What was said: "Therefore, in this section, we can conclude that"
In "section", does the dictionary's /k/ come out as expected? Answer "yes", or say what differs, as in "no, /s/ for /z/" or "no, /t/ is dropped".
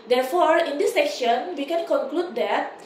yes